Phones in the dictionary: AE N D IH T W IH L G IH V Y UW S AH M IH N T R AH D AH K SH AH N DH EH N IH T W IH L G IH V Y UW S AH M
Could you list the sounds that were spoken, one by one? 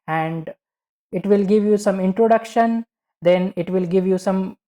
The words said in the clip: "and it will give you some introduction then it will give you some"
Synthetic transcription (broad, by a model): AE N D IH T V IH L G IH V Y UW S AH M IH N T R AH D AH K SH AH N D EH N IH T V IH L G IH V Y UW S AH M